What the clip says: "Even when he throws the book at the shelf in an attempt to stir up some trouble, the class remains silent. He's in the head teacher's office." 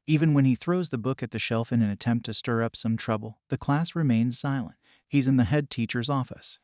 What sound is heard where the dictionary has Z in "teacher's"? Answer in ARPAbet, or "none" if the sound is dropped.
Z